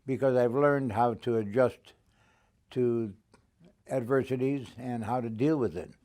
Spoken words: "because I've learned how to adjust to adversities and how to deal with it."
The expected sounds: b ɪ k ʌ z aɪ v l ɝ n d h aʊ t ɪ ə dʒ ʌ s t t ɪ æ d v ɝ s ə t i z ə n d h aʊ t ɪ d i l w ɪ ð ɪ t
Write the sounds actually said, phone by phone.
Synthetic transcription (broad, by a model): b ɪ k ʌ z aɪ v l ɝ n d h aʊ t ɪ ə dʒ ʌ s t t ɪ æ d v ɝ s ə t i z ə n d h aʊ t ɪ d i l w ɪ ð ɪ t